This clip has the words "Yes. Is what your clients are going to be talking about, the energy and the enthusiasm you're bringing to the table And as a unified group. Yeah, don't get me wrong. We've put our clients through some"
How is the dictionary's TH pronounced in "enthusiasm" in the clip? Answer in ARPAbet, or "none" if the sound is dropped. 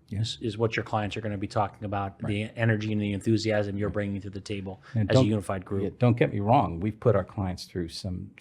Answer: TH